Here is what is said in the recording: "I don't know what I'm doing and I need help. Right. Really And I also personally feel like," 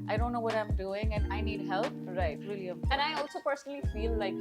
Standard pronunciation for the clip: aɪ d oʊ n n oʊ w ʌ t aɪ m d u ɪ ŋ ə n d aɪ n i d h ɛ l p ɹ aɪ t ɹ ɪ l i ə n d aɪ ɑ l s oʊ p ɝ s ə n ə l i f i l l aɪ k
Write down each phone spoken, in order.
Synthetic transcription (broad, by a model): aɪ d oʊ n n oʊ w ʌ t aɪ m d u ɪ ŋ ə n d aɪ n i d h ɛ l p ɹ aɪ t w ɪ l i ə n aɪ ɑ l s oʊ p ɝ s ə n ə l i f i l l aɪ k